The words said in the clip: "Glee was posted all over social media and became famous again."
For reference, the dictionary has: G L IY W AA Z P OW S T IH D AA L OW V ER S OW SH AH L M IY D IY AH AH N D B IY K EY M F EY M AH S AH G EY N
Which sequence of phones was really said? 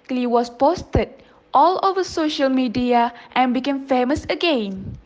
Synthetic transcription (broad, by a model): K L IY W AA S P OW S T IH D AA L OW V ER S OW SH AH L M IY D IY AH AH N B IY K EY M F EY M AH S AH G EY N